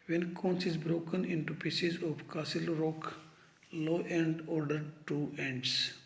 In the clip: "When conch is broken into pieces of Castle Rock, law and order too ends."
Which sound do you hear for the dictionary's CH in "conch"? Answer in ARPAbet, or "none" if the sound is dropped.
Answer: S